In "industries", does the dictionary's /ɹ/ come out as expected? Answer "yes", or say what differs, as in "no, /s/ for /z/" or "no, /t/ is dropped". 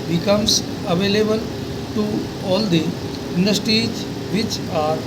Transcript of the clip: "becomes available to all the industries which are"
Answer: no, /ɹ/ is dropped